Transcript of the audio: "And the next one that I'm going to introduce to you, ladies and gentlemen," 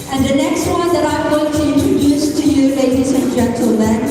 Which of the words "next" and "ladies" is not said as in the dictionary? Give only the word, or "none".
ladies